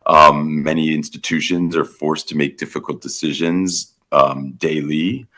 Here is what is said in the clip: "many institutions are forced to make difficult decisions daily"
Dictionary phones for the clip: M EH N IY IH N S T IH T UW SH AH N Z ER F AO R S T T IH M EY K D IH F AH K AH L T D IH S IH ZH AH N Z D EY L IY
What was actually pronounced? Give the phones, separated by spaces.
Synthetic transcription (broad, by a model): M EH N IY IH N S T IH T UW SH AH N Z ER F AO R S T T IH M EY K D IH F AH K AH L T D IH S IH ZH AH N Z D EY L IY